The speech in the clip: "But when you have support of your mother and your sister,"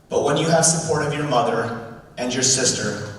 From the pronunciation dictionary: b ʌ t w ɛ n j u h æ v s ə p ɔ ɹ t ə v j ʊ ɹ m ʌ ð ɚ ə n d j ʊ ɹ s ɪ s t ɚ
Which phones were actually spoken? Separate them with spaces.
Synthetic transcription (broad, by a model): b ʌ t w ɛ n j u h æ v s ə p ɔ ɹ t ə v j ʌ ɹ m ʌ ð ɚ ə n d j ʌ ɹ s ɪ s t ɚ